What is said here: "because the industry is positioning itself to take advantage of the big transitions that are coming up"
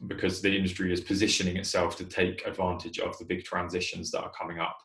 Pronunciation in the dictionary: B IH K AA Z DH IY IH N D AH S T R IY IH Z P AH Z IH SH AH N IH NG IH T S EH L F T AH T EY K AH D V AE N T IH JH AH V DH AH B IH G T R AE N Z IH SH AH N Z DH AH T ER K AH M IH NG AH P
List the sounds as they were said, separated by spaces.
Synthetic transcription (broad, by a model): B IH K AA Z DH IY IH N D AH S T R IY IH Z P AH Z IH SH AH N IH NG IH T S EH L F T AH T EY K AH D V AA N T IH JH AH V DH AH B IH G T R AE N Z IH SH AH N Z DH AH T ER K AH M IH NG AH P